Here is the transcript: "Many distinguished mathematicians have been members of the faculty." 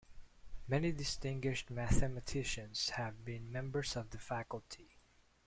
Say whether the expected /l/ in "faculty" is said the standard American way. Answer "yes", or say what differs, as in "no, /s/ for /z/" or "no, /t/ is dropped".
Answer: yes